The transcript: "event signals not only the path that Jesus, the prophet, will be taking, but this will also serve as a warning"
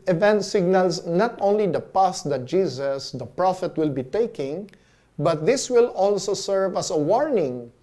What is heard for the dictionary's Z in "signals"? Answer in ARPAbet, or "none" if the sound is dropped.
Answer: S